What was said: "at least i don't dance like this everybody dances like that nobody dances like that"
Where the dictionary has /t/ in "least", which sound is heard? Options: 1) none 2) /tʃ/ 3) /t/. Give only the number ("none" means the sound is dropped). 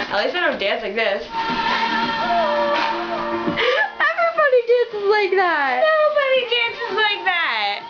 1